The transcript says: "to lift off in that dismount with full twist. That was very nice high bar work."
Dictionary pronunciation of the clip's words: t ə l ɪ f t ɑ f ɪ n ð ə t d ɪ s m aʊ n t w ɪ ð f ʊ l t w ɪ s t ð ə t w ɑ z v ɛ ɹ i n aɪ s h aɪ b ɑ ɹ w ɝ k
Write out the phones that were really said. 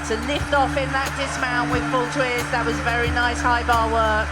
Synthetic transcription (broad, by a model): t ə l ɪ f t ɑ f ɪ n ð ə t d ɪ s m aʊ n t w ɪ ð f ʊ l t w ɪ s ð ə t w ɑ z v ɛ ɹ i n aɪ s h aɪ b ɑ w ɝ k